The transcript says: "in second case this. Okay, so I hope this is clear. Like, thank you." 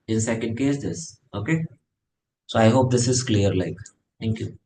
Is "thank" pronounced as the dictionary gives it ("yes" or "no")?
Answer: no